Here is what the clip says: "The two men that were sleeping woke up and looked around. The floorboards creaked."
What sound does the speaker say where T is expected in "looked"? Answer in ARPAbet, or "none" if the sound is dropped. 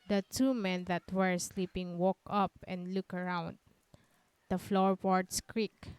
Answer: none